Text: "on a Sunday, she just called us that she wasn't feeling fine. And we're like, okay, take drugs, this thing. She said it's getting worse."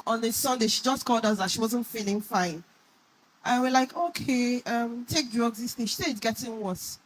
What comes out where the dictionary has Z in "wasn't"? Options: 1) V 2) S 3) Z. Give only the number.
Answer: 3